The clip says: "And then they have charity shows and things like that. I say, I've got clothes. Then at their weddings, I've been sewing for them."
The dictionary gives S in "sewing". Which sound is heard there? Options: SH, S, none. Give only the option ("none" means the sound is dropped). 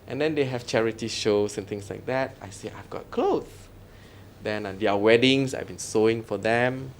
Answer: S